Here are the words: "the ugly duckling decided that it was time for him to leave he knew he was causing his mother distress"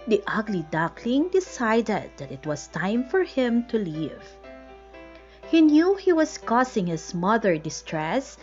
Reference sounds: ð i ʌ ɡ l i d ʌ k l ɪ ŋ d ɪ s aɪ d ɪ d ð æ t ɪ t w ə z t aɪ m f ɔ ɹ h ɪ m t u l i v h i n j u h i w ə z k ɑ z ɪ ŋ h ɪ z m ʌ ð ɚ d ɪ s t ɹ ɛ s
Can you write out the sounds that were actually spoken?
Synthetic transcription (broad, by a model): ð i ʌ ɡ l i d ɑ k l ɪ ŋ d ɪ s aɪ d ɪ d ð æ t ɪ t w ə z t aɪ m f ɔ ɹ h ɪ m t u l i v h i n j u h i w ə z k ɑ s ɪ ŋ h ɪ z m ʌ ð ɚ d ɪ s t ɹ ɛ s